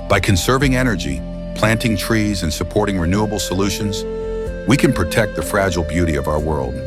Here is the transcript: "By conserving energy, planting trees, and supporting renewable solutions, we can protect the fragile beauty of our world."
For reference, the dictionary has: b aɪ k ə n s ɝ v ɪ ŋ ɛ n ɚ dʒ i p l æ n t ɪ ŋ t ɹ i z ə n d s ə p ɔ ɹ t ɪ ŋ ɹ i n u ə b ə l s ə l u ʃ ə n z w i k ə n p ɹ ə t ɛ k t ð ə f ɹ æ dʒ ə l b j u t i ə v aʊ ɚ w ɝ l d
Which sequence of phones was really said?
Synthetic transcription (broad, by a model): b aɪ k ə n s ɝ v ɪ ŋ ɛ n ɚ dʒ i p l æ n t ɪ ŋ t ɹ i z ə n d s ə p ɔ ɹ t ɪ ŋ ɹ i n u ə b l s ə l u ʃ ə n z w i k ə n p ɹ ə t ɛ k t ð ə f ɹ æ dʒ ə l b j u t i ə v aʊ ɚ w ɝ l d